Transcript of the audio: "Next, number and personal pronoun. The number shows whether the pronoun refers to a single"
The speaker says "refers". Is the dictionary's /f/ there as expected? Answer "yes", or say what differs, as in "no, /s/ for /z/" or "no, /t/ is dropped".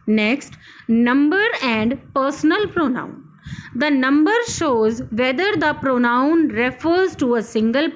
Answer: yes